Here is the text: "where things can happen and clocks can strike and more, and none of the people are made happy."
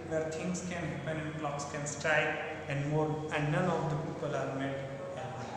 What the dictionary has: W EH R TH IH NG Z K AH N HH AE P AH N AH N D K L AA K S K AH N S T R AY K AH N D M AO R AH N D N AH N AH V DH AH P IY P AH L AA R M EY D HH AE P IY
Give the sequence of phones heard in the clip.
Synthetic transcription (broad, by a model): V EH R T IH NG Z K AH N HH AE P AH N AH N D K L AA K S K AH N S T R AY AH N D M AO R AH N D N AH N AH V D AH P IY P AH L AA R M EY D